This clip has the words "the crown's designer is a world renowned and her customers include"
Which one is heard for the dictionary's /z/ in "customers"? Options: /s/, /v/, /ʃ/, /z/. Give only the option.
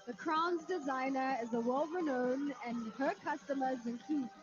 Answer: /z/